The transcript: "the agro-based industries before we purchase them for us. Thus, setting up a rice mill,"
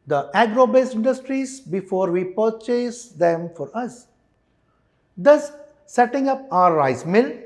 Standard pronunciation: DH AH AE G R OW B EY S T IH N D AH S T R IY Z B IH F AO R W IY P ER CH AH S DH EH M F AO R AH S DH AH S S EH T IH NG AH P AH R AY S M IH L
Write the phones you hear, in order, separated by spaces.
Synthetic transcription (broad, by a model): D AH AE G R OW B EY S IH N D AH S T R IY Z B IH F AO R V IY P ER CH AH S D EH M F AO R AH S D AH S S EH T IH NG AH P AH R AY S M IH L